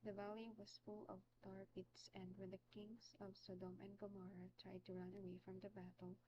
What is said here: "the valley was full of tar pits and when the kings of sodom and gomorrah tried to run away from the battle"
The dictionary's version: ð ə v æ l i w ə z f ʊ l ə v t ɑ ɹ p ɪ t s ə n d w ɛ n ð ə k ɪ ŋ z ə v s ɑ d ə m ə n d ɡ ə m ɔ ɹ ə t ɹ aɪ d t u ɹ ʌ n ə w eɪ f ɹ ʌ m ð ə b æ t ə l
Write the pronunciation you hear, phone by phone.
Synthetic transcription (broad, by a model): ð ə v æ l i w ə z f ʊ l ə v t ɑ ɹ p ɪ t s ə n d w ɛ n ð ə k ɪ ŋ s ə v s ɑ d ə m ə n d ɡ ə m ɔ ɹ ə t ɹ aɪ d t u ɹ ʌ n ə w eɪ f ɹ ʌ m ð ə b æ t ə l